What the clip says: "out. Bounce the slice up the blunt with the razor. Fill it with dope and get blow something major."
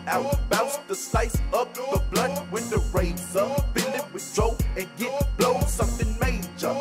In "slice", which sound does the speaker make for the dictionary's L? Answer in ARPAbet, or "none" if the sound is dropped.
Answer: none